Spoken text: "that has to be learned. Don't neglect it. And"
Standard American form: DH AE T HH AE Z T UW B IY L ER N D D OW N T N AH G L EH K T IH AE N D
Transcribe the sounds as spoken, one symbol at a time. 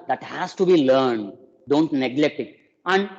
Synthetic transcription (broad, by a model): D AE T HH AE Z T UW B IY L ER N D D OW N T N AH G L EH K T IH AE N D